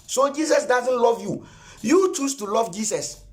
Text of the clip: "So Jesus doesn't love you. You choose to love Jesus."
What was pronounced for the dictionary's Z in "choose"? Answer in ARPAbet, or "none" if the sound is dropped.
S